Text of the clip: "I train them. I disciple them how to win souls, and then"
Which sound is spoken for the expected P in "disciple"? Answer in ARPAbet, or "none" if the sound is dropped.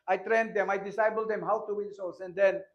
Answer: B